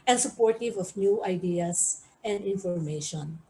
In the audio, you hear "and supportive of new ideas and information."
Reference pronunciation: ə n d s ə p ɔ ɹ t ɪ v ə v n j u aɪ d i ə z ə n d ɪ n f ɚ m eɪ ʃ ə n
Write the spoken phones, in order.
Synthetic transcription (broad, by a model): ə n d s ə p ɔ ɹ t ɪ v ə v n j u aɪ d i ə s ə n d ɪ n f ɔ m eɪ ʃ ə n